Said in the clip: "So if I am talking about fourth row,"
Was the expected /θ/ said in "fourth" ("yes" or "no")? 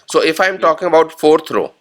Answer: no